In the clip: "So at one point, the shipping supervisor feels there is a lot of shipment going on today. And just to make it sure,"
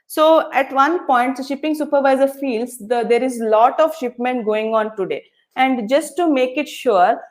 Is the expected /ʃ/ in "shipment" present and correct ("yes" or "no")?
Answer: yes